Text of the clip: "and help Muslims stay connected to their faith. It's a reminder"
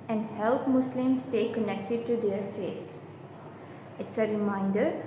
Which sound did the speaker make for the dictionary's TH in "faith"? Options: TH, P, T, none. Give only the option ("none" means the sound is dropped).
T